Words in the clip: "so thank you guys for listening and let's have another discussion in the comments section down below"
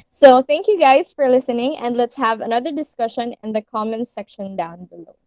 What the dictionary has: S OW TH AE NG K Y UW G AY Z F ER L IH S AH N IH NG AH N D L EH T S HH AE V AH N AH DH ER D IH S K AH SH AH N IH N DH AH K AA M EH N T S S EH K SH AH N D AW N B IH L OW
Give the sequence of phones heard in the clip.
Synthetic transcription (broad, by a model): S OW TH AE NG K Y UW G AY Z F ER L IH S AH N IH NG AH N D L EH T S HH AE V AH N AH DH ER D IH S K AH SH AH N IH N DH AH K AA M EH N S S EH K SH AH N D AW N B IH L OW